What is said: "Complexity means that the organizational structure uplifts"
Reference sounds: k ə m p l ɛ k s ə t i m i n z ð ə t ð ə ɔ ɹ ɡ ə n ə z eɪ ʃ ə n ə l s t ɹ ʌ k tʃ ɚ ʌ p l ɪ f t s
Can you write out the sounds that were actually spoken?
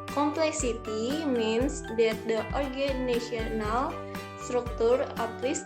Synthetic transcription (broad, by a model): k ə m p l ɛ k s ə t i m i n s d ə t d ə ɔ ɹ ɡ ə n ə s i ə n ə l s t ɹ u k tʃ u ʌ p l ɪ s